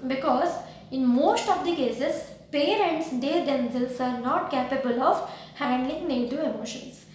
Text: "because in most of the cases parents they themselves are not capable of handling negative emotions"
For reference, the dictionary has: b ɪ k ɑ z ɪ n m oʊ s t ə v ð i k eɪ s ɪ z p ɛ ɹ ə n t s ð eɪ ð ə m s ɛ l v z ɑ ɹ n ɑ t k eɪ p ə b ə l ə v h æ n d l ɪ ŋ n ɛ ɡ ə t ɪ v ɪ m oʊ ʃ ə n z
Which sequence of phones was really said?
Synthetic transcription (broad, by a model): b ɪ k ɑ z ɪ n m oʊ s t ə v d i k eɪ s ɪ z p ɛ ɹ ə n t s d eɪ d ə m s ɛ l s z ɑ ɹ n ɑ t k eɪ p ə b ə l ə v h æ n d l ɪ ŋ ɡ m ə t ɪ ɪ m oʊ ʃ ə n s